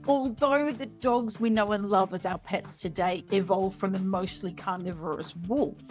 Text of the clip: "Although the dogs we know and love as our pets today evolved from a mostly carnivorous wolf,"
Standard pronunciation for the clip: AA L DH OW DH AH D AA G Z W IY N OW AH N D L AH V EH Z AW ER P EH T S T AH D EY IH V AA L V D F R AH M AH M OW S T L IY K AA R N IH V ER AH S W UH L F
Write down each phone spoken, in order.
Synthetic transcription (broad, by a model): AA L DH OW DH AH D AA G Z W IY N OW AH N L AH V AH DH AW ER P EH T S T AH D EY IH V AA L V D F R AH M AH M OW S T L IY K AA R N IH V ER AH S W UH L